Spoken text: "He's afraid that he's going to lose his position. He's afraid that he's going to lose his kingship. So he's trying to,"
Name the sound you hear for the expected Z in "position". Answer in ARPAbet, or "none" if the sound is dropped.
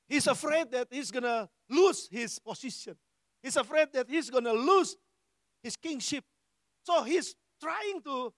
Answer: S